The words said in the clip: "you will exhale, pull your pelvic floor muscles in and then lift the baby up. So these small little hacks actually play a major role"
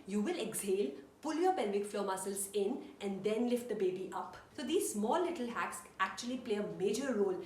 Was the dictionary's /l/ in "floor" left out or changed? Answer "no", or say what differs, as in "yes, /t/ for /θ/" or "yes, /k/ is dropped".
no